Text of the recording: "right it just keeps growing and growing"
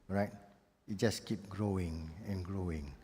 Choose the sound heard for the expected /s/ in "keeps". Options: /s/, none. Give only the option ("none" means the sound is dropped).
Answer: none